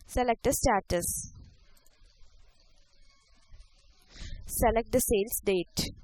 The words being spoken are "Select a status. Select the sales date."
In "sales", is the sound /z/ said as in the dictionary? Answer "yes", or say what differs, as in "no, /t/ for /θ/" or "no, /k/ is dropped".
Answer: no, /s/ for /z/